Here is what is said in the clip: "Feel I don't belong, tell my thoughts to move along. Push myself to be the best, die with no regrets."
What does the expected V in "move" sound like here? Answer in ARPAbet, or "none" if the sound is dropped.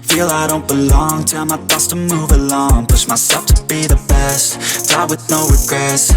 V